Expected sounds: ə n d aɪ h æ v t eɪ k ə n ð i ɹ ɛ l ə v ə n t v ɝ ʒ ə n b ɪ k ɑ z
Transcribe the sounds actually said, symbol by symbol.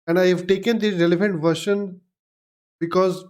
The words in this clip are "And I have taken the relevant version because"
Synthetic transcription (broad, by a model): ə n d aɪ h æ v t eɪ k ə n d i ɹ ɛ l ə v ə n t v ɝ ʃ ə n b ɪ k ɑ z